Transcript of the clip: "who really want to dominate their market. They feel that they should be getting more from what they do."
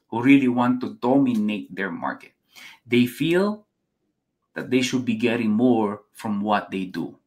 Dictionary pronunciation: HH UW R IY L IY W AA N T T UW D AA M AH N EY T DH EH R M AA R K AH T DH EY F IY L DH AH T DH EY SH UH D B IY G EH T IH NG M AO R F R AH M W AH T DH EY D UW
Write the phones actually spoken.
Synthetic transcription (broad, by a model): HH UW R IY L IY W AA N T T UW D AA M AH N EY T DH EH R M AA R K AH T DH EY F IY L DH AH T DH EY SH UH D B IY G EH T IH NG M AO R F R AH M W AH T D EY D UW